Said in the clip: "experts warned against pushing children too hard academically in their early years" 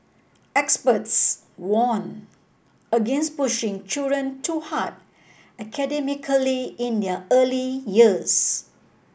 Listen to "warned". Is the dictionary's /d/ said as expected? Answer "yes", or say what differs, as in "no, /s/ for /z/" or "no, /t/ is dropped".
no, /d/ is dropped